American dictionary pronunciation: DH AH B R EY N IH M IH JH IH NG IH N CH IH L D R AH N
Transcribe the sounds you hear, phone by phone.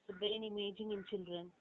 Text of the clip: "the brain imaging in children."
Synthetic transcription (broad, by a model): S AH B EY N IH M IH JH IH NG IH N CH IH L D R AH N